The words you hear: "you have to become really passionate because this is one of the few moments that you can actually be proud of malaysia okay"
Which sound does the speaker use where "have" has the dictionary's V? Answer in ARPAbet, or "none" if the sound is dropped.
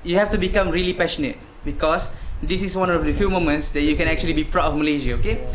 F